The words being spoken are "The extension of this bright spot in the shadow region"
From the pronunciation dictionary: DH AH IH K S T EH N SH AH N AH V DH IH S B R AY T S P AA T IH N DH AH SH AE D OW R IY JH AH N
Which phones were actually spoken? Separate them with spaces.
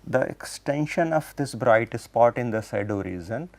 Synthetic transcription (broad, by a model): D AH IH K S T EH N SH AH N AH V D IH S B R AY T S P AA T IH N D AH S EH D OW R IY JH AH N